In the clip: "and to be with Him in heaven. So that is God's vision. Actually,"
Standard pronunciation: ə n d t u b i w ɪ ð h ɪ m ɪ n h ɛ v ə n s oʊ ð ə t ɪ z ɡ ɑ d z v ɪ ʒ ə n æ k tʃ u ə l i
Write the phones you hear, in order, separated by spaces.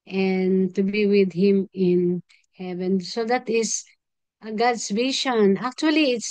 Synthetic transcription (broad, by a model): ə n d t u b i w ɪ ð h ɪ m ɪ n h ɛ v ə n s oʊ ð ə t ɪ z ɡ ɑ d s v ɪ ʃ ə n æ k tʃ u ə l i